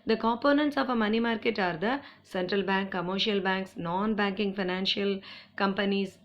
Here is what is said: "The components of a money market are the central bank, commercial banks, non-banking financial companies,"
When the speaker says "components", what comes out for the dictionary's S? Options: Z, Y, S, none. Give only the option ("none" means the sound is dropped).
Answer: S